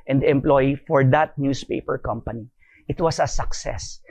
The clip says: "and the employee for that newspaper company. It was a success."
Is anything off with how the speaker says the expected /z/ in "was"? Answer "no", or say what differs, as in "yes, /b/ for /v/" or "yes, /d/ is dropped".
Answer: yes, /s/ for /z/